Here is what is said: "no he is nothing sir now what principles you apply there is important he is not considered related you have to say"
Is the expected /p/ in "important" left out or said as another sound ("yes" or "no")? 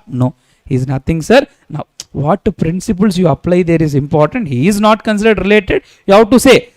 no